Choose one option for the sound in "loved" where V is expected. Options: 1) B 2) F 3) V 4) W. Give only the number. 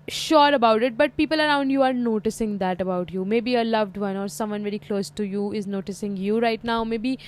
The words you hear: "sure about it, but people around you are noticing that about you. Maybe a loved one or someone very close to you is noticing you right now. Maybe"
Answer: 3